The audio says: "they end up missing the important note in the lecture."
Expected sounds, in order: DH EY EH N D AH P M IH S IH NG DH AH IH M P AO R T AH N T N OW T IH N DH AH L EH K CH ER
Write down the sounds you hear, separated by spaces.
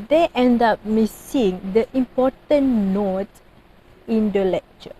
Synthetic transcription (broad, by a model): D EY EH N D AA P M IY S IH NG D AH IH M P AO T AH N N OW T IH N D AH L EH K CH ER